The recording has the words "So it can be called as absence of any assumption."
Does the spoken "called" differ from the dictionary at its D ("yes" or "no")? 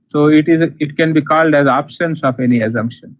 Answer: no